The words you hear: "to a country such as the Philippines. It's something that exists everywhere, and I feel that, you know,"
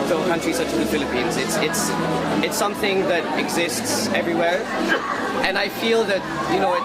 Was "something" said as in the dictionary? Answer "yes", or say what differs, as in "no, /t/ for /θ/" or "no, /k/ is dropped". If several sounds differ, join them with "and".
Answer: yes